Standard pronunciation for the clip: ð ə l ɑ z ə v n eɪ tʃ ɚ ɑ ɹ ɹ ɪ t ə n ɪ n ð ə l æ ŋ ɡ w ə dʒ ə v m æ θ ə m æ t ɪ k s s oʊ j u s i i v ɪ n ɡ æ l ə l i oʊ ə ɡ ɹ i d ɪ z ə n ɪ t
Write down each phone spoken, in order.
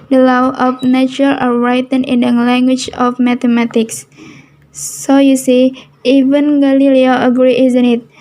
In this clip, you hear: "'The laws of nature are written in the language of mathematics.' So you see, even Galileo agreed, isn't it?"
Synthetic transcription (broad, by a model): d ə l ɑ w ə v n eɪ tʃ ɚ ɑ l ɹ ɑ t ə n ɪ n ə l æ ŋ ɡ w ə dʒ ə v m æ t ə m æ t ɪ k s s oʊ j u s i i v ɪ n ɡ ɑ l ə l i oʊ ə ɡ ɹ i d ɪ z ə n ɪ t